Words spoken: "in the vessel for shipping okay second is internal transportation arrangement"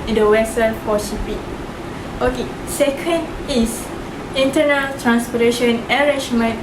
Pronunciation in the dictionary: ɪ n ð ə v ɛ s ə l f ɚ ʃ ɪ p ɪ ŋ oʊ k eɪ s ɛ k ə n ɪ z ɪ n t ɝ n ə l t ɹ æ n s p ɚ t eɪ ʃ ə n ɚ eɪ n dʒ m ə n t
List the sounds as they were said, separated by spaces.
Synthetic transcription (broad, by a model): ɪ n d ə w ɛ s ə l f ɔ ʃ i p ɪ oʊ k eɪ s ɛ k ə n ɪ s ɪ n t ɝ n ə l t ɹ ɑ n s p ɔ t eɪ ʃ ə n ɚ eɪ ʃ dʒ m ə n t